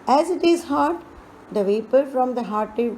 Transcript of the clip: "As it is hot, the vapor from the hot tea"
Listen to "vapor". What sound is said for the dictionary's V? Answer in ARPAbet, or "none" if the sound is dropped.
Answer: V